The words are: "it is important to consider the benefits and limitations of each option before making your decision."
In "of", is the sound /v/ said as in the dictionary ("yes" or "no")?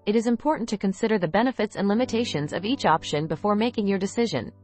yes